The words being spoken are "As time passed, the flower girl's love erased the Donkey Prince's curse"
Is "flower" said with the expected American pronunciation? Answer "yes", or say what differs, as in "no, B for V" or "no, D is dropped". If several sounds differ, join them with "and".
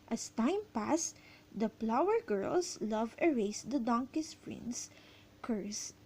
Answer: no, P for F